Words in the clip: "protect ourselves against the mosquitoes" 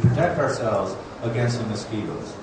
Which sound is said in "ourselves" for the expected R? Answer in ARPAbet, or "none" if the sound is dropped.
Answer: R